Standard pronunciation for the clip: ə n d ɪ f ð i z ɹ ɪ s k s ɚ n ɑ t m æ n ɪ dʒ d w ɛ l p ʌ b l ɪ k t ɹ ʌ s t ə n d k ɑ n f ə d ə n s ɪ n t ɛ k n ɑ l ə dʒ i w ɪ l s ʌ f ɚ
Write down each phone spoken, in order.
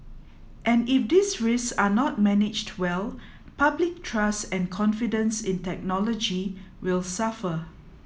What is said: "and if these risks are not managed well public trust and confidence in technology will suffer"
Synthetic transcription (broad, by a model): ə n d ɪ f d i s ɹ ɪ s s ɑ n ɑ t m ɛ n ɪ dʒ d w ɛ l p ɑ b l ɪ k t ɹ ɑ s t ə n k ɑ n f ə d ə n s ɪ n t ɛ k n ɑ l ə dʒ i w ɪ l s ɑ f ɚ